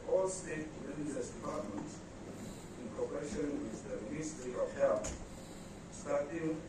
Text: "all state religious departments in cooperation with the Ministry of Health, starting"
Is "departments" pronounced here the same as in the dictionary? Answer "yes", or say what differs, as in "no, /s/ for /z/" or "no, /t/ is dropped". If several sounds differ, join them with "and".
no, /s/ is dropped